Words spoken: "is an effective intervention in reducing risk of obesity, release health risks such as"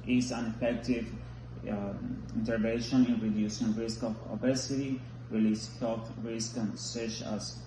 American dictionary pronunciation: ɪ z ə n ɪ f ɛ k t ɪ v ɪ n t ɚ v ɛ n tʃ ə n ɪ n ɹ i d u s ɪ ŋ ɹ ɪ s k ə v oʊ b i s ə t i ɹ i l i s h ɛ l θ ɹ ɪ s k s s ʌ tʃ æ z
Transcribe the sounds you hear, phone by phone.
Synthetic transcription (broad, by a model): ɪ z ə n ɪ f ɛ k t ɪ v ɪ n t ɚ v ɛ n ʃ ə n ɪ n ɹ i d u s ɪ ŋ ɹ ɪ s k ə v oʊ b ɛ s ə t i ɹ i l i s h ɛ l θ ɹ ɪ s k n s ʌ tʃ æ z